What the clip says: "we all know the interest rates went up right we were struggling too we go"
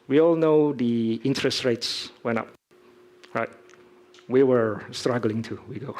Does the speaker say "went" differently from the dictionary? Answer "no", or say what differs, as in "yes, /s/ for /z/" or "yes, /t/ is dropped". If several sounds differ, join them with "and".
yes, /t/ is dropped